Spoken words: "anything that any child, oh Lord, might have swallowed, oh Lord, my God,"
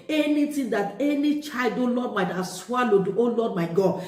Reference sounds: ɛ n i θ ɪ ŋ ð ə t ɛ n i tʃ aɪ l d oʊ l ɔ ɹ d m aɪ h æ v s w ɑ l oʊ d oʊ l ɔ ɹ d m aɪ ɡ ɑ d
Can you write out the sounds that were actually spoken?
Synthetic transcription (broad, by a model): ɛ n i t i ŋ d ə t ɛ n i tʃ aɪ l d oʊ l ɔ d m aɪ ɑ s w ɑ l oʊ d oʊ l ɔ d m aɪ ɡ ɑ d